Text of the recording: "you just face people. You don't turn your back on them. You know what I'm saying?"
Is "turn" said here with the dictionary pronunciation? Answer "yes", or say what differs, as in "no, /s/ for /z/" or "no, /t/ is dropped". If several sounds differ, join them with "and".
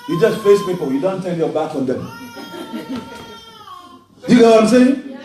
no, /l/ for /n/